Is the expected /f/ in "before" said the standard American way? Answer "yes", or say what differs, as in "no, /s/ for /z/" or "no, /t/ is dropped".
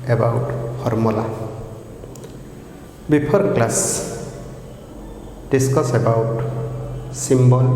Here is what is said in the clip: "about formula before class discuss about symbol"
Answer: no, /p/ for /f/